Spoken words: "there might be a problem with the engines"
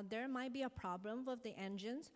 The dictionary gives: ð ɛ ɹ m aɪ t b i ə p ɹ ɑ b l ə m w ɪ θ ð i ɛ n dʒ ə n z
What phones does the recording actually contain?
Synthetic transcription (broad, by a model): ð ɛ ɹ m aɪ t b i ə p ɹ ɑ b l ə m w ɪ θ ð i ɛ n dʒ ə n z